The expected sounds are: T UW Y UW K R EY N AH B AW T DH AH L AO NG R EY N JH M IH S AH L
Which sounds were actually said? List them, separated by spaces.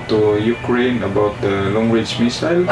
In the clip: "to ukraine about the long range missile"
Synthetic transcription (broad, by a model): T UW Y UW K R EY N AH B AW T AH L AO NG W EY JH M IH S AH L